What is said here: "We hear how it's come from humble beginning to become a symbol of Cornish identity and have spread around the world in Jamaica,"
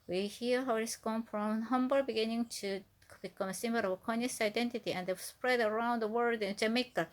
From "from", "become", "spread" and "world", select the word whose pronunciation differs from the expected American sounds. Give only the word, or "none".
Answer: world